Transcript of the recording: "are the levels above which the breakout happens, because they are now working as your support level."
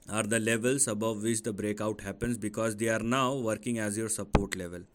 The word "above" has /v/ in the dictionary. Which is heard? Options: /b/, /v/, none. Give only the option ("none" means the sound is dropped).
/v/